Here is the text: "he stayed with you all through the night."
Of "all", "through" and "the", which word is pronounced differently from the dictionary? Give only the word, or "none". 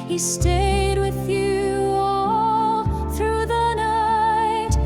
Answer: none